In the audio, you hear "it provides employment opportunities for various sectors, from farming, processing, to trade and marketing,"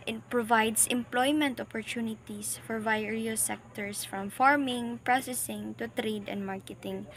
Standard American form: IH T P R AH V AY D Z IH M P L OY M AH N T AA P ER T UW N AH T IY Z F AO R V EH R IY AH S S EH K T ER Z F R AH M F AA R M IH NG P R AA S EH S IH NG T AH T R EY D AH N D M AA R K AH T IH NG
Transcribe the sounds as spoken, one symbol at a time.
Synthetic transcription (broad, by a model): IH T P R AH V AY D S IH M P L OY M AH N T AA P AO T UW N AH T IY S F AO R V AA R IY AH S S EH K T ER S F R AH M F AA R M IH NG P R AA S EH S IH NG T AH T R EY D AH N D M AA R K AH T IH NG